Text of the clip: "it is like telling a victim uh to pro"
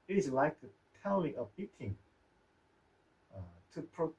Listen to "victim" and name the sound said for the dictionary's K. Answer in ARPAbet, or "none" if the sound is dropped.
none